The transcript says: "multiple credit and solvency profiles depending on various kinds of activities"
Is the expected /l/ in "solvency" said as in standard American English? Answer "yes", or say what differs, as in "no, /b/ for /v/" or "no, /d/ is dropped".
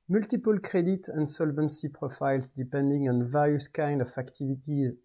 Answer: yes